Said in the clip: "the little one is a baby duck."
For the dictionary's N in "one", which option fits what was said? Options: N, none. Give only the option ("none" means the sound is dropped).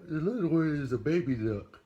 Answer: none